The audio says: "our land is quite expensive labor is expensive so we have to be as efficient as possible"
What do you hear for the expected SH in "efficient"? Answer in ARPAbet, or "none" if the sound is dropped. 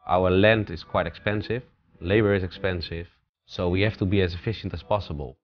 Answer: SH